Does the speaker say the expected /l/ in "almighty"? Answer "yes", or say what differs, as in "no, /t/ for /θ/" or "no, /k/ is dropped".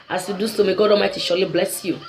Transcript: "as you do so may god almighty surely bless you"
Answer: no, /l/ is dropped